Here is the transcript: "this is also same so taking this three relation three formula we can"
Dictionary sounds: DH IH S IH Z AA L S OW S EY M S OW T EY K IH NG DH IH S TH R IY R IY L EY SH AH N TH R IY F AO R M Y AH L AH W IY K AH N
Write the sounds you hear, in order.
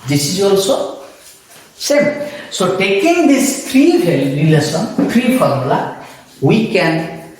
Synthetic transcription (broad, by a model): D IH S IH Z AA L S OW S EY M S OW T EY K IH NG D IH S T R IY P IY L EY S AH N T R IY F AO R M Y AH L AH W IY K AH N